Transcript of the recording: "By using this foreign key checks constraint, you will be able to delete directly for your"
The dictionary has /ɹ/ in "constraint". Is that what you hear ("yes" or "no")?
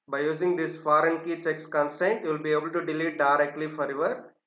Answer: no